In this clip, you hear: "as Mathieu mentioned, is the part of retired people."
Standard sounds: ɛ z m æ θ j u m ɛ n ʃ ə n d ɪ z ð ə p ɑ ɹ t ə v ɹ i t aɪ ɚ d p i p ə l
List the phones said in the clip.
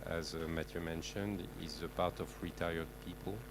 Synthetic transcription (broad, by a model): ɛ z m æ t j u m ɛ n ʃ ə n d ɪ z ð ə p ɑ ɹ t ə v ɹ i t aɪ ɚ d p i p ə l